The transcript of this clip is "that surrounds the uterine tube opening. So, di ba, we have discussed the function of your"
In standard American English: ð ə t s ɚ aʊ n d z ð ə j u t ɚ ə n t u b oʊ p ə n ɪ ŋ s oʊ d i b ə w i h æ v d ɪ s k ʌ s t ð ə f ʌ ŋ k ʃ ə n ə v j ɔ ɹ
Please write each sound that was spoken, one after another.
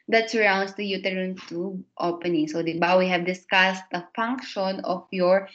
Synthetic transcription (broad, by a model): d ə t s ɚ aʊ n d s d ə j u t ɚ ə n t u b oʊ p ə n ɪ ŋ s oʊ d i b ə w i h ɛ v d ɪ s k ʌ s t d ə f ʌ ŋ k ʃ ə n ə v j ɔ ɹ